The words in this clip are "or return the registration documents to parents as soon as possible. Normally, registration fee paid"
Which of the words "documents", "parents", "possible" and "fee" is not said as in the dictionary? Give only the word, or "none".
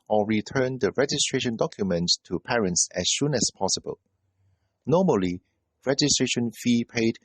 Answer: documents